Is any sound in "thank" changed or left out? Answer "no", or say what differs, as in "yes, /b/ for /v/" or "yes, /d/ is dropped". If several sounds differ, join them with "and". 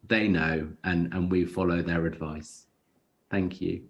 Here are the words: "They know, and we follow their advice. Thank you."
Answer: no